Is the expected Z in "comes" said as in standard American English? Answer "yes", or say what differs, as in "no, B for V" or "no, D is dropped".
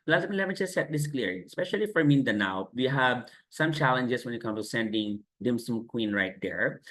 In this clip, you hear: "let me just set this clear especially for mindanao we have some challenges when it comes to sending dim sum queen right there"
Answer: no, Z is dropped